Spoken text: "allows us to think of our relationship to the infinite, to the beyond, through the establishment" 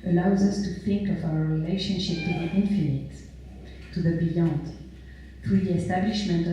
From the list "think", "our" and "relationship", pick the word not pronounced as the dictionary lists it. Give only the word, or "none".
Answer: none